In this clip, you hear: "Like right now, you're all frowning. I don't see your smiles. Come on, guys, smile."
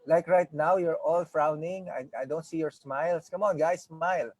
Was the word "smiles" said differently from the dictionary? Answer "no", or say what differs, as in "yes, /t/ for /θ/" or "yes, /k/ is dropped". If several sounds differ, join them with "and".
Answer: yes, /s/ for /z/